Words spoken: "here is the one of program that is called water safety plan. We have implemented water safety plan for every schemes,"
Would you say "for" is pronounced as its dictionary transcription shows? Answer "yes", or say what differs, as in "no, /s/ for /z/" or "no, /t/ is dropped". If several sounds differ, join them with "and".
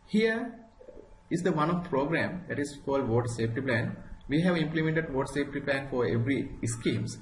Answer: yes